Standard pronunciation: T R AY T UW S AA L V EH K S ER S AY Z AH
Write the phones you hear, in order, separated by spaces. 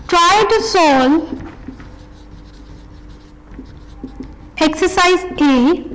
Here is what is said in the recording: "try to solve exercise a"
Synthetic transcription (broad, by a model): T R AY T UW S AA L EH K S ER S AY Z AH